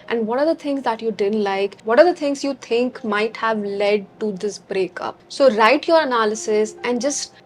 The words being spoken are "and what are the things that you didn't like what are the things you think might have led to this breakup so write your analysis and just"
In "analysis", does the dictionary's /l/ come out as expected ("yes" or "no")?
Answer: yes